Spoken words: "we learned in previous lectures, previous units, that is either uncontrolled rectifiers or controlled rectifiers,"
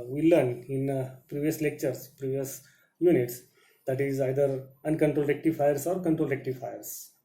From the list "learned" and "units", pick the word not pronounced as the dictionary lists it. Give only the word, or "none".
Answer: learned